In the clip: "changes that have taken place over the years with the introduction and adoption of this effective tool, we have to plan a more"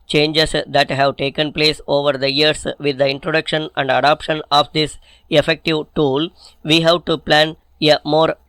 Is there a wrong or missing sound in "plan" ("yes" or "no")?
no